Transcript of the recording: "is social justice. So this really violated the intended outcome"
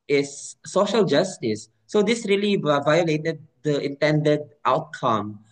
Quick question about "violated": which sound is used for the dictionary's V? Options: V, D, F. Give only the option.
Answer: V